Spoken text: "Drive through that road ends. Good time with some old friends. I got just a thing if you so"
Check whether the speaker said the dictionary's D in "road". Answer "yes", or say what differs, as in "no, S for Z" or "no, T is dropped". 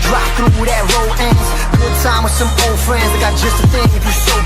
no, D is dropped